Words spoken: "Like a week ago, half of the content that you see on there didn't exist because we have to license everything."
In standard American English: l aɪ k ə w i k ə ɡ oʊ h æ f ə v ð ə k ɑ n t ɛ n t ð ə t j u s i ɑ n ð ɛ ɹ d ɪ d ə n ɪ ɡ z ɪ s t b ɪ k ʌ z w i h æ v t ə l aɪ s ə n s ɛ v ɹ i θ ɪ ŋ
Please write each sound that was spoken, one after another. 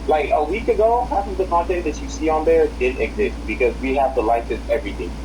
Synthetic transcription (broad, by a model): l aɪ k ə w i k ə ɡ oʊ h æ p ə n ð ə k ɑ n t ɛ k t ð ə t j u s i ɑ n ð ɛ ɹ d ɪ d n ɪ ɡ z ɪ s t b ɪ k ʌ z w i h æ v t ə l aɪ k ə s ɛ v ɹ i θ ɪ